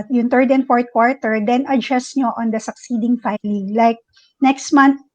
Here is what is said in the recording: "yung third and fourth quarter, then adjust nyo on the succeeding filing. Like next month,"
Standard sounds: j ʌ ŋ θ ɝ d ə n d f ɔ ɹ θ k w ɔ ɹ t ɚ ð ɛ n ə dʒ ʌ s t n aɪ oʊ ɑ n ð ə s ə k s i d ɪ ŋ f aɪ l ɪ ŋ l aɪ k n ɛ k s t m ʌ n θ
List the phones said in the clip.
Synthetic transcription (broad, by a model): j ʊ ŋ t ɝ d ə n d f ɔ ɹ t k w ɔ ɹ t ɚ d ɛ n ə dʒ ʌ s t n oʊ ɑ n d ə s ə k s i d ɪ ŋ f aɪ l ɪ ŋ l aɪ k n ɛ k s t m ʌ n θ